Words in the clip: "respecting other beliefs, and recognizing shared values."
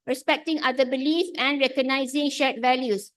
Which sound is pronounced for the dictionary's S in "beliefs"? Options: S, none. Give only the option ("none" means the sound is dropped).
none